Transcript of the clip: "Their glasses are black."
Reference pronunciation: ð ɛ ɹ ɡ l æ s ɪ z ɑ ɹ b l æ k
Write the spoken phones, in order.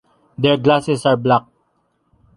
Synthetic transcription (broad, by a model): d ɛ ɹ ɡ l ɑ s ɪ s ɑ ɹ b l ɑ k